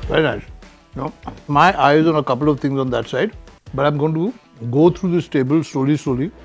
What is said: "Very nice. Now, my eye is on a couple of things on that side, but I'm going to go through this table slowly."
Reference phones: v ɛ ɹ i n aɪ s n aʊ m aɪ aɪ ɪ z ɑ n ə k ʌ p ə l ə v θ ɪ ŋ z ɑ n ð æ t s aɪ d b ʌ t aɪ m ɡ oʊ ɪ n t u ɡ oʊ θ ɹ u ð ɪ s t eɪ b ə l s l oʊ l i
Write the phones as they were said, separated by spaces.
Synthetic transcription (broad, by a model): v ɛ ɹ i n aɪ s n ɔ m aɪ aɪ ɪ z ɑ n ə k ʌ p ə l ə v t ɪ ŋ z ɑ n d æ t s aɪ d b ʌ t aɪ m ɡ oʊ ɪ n t u ɡ oʊ t ɹ u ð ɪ s t eɪ b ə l s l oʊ l i